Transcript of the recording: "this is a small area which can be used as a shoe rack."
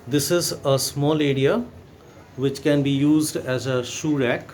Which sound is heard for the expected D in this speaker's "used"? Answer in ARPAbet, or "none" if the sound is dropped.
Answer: D